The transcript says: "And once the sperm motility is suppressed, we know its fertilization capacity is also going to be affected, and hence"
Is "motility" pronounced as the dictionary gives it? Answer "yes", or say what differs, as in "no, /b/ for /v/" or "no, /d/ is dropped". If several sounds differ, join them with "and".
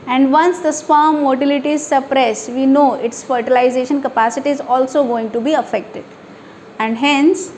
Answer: yes